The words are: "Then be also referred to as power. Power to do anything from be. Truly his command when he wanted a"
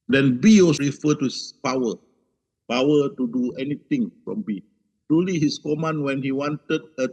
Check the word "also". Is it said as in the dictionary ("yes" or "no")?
no